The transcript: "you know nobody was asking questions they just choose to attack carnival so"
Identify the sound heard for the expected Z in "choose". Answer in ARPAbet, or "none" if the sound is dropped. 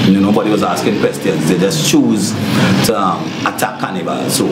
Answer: Z